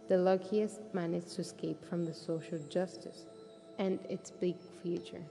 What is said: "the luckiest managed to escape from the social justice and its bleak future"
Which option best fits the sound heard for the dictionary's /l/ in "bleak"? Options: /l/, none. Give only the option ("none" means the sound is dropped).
none